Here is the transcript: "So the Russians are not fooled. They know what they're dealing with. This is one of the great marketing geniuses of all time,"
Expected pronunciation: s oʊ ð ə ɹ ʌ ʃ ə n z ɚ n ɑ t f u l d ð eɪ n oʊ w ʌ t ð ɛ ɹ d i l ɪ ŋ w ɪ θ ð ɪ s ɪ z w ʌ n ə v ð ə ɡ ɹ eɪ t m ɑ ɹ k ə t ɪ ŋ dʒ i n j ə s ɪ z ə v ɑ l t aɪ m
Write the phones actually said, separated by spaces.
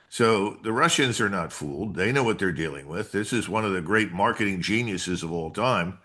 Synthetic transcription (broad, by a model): s oʊ ð ə ɹ ʌ ʃ ə n z ɚ n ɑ t f u l d ð eɪ n oʊ w ʌ t ð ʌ ɹ d i l ɪ ŋ w ɪ ð ɪ s ɪ z w ʌ n ə v ð ə ɡ ɹ eɪ t m ɑ ɹ k ə t ɪ ŋ dʒ i n j ə s ɪ z ə v ɑ l t aɪ m